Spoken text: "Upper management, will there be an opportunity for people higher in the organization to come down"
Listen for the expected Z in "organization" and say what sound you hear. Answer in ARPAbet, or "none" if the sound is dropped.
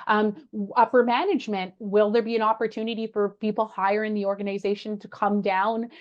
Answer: Z